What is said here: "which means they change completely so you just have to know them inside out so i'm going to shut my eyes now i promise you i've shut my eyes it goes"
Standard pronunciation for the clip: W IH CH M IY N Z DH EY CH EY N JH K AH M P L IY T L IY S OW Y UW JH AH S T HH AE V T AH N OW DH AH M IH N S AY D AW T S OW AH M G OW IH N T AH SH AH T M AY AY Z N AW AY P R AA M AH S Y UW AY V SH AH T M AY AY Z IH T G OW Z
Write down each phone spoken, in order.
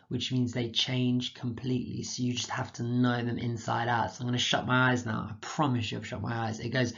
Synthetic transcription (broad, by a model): W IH CH M IY N Z DH EY CH EY N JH K AH M P L IY T L IY S OW Y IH JH AH S T HH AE F T AH N OW DH AH M IH N S AY D AW T S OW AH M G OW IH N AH SH AH T M AY AY Z N AW AY P R AA M AH S Y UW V SH AH T M AY AY Z IH T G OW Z